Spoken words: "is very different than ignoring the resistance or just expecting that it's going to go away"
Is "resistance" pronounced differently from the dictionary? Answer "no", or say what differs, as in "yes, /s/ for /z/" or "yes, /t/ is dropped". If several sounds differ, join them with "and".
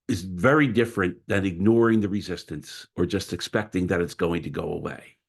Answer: no